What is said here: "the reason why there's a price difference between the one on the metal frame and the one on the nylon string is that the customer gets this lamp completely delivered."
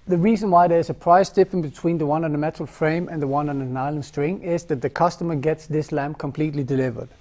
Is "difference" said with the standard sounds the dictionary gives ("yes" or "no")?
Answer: no